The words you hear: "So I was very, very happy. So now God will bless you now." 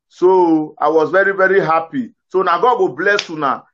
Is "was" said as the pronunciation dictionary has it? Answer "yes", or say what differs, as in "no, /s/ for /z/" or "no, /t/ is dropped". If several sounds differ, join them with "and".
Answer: yes